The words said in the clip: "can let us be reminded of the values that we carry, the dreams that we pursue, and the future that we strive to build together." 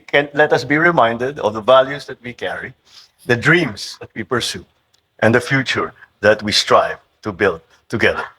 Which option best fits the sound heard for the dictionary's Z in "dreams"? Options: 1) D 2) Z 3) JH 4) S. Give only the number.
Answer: 4